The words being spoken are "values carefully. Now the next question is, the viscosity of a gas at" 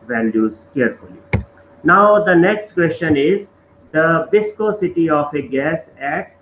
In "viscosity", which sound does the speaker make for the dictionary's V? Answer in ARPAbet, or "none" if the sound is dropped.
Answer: B